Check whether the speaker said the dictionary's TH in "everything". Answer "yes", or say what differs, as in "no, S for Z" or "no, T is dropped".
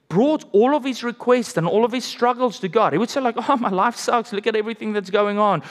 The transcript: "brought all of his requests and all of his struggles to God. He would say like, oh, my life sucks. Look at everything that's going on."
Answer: yes